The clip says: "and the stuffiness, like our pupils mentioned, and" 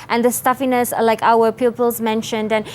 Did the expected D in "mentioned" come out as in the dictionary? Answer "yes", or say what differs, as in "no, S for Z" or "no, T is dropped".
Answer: yes